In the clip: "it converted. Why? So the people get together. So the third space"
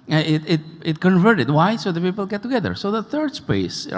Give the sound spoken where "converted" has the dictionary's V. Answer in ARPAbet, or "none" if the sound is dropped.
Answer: V